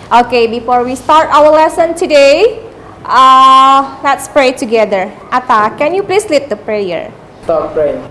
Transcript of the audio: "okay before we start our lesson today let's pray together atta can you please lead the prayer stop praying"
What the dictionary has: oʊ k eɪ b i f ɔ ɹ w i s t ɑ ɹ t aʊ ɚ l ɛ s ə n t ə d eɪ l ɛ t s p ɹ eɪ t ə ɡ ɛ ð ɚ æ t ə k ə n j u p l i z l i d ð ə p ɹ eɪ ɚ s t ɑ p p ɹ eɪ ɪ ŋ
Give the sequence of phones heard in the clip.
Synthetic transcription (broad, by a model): oʊ k eɪ b i f ɔ ɹ w i s t ɑ ɹ t aʊ ɚ l ɛ s ə n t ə d eɪ l ɛ t s p ɹ eɪ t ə ɡ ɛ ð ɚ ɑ t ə k ə n j u p l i s l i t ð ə p ɹ eɪ ɚ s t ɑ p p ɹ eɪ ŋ